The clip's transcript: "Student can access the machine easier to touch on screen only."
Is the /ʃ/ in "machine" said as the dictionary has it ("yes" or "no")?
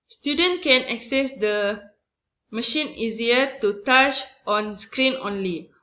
yes